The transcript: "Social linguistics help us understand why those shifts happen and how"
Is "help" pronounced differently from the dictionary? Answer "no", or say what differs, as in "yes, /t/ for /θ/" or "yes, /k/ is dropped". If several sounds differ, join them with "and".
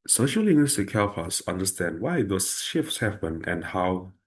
yes, /f/ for /p/